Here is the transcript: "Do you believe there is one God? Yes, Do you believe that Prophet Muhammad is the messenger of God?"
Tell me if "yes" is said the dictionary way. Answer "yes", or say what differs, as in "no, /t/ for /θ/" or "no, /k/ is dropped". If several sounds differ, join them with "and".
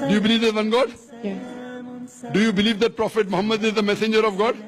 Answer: no, /s/ is dropped